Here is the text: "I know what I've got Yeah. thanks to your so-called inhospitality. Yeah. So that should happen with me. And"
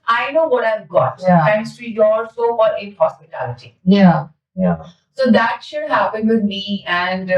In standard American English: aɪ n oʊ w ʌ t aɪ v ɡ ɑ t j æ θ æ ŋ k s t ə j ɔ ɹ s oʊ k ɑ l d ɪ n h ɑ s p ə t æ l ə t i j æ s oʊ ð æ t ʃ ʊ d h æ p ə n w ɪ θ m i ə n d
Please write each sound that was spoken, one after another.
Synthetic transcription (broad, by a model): aɪ n oʊ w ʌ t aɪ v ɡ ɑ t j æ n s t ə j ɔ l s oʊ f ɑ d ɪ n h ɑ s p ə t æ l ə t i j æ s oʊ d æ t ʃ ʊ d h æ p ə n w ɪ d m i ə n d